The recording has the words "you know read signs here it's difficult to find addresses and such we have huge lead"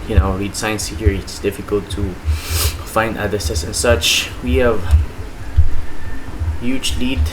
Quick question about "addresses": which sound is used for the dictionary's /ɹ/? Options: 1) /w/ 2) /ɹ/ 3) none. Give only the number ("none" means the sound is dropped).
3